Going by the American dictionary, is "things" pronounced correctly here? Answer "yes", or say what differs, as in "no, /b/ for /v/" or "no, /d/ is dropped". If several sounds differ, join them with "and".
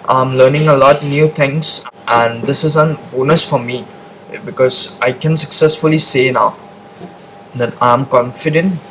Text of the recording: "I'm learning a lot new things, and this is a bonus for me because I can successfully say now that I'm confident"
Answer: no, /t/ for /θ/ and /s/ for /z/